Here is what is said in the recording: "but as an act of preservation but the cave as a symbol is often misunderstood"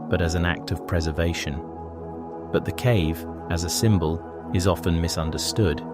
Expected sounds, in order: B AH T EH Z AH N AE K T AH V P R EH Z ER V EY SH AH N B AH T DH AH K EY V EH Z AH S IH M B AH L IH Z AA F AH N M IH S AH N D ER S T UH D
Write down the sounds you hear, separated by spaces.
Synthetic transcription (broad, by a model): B AH T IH Z N AE K T AH V P R EH Z ER V EY SH AH N B AH T DH AH K EY V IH Z AH S IH M B AH L IH Z AA F AH N M IH S AH N D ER S T UH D